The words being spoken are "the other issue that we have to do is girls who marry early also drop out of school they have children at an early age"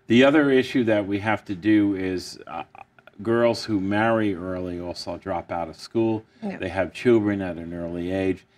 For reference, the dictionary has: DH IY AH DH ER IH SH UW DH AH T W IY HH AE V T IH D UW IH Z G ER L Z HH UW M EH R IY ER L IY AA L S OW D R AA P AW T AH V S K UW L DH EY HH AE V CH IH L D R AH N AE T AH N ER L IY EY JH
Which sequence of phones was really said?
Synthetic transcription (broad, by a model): DH IY AH DH ER IH SH UW DH AH T W IY HH AE F T IH D UW IH Z G ER L Z HH UW M EH R IY ER L IY AA L S OW D R AA P AW T AH V S K UW L DH EY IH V CH IH L D R AH N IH T AH N ER L IY EY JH